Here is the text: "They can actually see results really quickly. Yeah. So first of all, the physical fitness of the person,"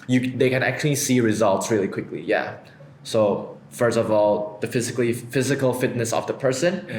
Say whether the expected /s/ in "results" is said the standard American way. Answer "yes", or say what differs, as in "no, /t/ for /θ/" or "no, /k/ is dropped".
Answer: yes